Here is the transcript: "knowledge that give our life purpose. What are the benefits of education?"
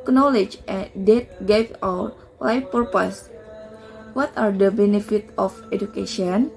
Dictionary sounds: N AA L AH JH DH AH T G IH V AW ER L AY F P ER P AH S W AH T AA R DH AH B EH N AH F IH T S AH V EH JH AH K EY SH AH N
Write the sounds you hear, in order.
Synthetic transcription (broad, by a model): N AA L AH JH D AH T G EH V AW ER L AY F P ER P AH S W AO T AA R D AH B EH N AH F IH T AH F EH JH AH K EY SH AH N